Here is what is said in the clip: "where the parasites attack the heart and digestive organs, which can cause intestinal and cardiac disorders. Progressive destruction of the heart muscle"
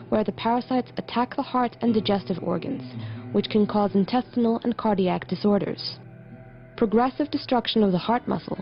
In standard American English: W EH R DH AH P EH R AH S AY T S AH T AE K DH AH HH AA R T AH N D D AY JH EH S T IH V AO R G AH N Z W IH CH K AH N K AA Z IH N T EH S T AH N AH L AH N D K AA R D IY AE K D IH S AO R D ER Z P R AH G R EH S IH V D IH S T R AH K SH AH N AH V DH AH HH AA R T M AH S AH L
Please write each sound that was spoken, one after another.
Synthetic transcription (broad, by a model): W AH R DH AH P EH R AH S AY T S AH T AE K DH AH HH AA R T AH N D D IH JH EH S T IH V AO R G AH N Z W IH CH K AH N K AA Z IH N T EH S T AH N L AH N K AA R D IY AE K D IH S AO R D ER Z P R AH G R EH S IH V D IH S T R AH K SH AH N AH V DH AH HH AA R T M AH S L